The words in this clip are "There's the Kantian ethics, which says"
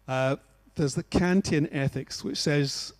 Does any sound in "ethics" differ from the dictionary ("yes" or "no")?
no